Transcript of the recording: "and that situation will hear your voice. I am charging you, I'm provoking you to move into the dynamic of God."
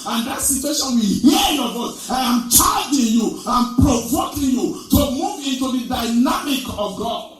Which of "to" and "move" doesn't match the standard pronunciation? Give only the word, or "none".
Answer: none